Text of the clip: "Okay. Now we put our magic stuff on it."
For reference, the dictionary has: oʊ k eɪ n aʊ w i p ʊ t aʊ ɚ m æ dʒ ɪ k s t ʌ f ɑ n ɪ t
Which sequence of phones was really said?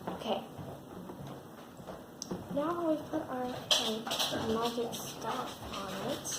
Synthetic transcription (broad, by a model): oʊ k eɪ n aʊ w i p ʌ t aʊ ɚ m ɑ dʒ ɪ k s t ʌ ɑ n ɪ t